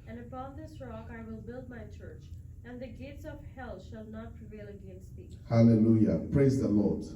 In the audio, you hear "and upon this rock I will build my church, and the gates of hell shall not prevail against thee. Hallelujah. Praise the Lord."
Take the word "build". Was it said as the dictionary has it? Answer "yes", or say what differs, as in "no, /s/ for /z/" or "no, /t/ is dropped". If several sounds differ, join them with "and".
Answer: yes